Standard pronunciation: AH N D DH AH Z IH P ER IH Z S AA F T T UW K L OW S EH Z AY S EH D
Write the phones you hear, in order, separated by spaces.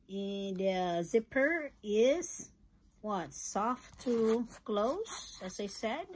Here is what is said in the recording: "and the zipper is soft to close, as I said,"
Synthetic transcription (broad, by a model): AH N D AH Z IH P ER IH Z S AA F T T UW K L OW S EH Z AY S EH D